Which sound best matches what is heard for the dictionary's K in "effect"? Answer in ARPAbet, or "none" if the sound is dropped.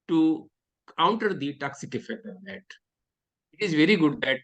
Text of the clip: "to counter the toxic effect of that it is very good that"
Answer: none